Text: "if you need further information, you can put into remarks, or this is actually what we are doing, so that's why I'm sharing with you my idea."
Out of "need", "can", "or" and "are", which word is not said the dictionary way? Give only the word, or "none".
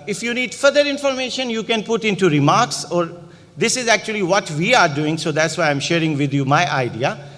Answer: none